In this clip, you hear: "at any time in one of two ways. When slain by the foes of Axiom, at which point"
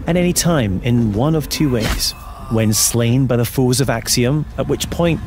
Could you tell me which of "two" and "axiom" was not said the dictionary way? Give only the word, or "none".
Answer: none